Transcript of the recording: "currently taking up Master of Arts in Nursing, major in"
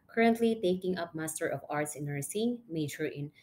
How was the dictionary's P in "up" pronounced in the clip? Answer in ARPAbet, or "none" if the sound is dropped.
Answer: P